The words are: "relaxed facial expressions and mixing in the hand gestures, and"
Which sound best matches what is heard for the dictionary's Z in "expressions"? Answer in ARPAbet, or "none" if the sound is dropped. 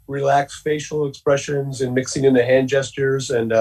Z